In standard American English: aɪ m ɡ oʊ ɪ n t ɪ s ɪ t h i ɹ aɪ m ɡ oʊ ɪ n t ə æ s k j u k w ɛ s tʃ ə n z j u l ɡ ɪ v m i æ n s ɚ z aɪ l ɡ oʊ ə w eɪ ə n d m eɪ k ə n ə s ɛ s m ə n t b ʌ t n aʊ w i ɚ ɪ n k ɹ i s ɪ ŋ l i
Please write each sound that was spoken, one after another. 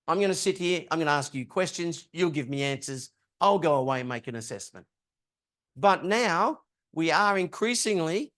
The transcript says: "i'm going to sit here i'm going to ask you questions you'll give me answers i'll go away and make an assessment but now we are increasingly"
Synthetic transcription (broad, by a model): aɪ m ɡ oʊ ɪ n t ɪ s ɪ t h i ɹ aɪ m ɡ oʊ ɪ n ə æ s k j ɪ k w ɛ s tʃ ə n z j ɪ l ɡ ɪ v m i æ n s ɚ z aɪ l ɡ oʊ ə w eɪ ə n m eɪ k ə n ə s ɛ s m ə n t b ʌ t n aʊ w i ɚ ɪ n k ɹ i s ɪ ŋ l i